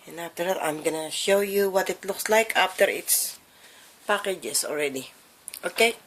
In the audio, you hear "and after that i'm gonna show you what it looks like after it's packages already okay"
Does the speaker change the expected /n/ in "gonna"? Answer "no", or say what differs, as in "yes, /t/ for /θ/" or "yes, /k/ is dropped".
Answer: no